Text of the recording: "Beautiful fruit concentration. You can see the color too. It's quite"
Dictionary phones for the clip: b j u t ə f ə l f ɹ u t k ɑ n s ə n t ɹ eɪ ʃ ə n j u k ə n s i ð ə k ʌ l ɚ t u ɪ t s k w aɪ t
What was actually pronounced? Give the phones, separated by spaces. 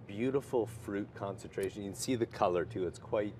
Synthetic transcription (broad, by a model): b j u t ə f l f ɹ u t k ɑ n s ə n t ɹ eɪ ʃ ə n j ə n s i ð ə k ʌ l ɚ t u ɪ t s k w aɪ t